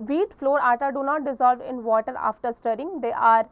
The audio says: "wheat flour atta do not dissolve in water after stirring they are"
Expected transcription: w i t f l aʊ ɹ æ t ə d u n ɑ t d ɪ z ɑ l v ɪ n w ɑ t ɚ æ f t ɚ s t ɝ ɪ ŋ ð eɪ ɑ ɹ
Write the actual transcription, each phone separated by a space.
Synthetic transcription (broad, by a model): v i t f l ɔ ɹ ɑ t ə d u n ɑ t d ɪ z ɑ l v ɪ n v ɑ t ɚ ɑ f t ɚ s t ɝ ɪ ŋ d eɪ ɑ ɹ